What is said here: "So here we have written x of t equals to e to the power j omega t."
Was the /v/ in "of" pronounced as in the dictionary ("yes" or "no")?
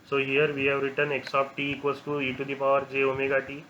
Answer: no